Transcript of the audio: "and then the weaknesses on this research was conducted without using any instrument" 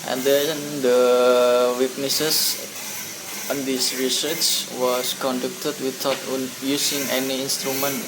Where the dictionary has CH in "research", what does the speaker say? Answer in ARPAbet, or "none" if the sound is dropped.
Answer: S